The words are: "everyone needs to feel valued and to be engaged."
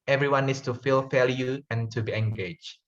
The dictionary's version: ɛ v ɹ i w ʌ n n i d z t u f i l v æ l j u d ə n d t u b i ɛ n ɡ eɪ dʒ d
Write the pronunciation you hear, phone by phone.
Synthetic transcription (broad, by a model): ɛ v ɹ i w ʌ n n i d s t u f i l f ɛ l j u ə n t u b i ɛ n ɡ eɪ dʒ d